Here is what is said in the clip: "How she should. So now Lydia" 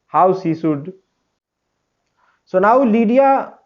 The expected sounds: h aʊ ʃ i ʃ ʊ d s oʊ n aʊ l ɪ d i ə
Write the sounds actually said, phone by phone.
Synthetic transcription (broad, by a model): h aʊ s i s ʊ d s oʊ n aʊ l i d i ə